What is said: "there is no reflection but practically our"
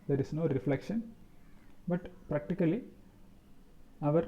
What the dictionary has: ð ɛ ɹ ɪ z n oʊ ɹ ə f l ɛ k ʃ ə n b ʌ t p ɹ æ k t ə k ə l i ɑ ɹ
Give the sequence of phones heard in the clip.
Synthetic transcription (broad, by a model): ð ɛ ɹ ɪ s n oʊ ɹ ə f l ɛ k ʃ ə n b ʌ t p ɹ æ k t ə k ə l i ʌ ɹ